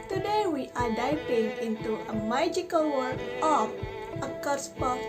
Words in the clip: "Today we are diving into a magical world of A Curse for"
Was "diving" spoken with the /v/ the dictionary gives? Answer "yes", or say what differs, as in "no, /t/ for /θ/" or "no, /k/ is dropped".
no, /p/ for /v/